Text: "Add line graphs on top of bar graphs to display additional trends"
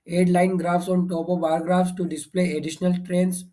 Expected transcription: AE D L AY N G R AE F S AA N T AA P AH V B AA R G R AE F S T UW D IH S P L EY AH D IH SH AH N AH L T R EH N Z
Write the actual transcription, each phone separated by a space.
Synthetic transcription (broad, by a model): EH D L AY N G R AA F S AA N T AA B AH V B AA R G R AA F S T UW D IH S P L EY AH D IH SH AH N AH L T R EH N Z